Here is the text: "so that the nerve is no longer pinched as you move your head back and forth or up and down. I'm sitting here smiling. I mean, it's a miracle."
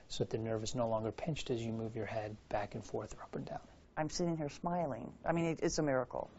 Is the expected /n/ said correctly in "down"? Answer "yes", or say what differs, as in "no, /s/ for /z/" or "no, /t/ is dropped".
yes